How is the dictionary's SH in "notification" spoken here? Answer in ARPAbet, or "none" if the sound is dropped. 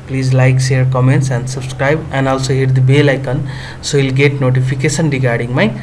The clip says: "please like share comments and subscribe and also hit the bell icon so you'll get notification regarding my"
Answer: S